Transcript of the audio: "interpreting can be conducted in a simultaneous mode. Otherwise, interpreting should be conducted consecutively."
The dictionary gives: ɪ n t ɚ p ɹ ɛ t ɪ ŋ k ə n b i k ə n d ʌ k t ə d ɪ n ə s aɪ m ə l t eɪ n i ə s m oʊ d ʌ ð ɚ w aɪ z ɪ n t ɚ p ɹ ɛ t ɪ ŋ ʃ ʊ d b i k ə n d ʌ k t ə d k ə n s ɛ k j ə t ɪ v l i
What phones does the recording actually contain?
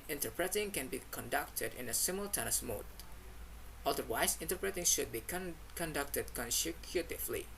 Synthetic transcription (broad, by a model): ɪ n t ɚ p ɹ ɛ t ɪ ŋ k ə n b i k ə n d ʌ k t ə d ɪ n ə s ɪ m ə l t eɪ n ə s m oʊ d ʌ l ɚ w aɪ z ɪ n t ɚ p ɹ ɛ t ɪ ŋ ʃ ʊ d b i k ə n d ʌ k t ə d k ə n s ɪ k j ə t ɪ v l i